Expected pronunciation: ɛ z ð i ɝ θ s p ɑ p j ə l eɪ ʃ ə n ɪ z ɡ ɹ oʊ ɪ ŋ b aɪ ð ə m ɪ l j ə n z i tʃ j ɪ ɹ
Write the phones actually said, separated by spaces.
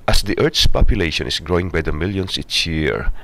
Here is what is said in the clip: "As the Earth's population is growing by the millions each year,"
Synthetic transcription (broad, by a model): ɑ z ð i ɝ t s p ɑ p j ə l eɪ ʃ ə n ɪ s ɡ ɹ oʊ ɪ ŋ b aɪ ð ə m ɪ l j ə n s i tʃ j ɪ ɹ